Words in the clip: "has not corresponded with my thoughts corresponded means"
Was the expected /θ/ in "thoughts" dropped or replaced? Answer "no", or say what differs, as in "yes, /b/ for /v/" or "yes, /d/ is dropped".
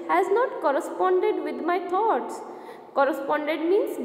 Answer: yes, /t/ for /θ/